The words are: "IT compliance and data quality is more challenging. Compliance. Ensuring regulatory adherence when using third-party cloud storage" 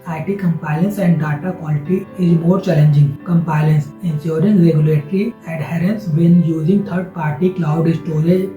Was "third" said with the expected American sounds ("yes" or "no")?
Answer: no